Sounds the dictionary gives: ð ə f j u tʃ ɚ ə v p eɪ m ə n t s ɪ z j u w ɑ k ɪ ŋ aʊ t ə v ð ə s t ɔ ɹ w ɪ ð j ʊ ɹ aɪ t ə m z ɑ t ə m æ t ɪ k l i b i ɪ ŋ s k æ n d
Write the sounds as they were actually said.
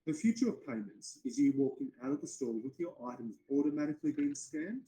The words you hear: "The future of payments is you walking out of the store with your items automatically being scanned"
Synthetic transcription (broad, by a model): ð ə f j u tʃ ɚ ə v p eɪ m ə n t s ɪ z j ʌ w ɑ k ɪ ŋ aʊ t ə v ð ə s t ɔ w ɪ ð j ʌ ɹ aɪ t ə m z ɑ t ə m æ t ɪ k l i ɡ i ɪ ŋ s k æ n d